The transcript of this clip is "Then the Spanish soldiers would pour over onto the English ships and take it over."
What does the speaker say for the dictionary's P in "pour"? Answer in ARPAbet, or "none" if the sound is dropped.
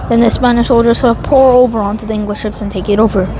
P